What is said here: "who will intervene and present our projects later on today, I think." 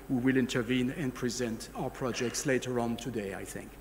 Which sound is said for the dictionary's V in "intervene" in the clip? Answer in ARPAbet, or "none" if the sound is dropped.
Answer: V